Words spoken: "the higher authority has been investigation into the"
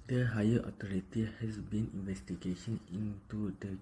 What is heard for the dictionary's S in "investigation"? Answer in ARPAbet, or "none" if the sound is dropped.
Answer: S